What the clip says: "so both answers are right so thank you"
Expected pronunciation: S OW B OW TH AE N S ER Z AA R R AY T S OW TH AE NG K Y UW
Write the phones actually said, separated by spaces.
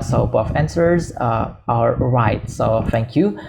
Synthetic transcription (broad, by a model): S OW B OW F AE N S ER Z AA L R AY T S OW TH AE NG K Y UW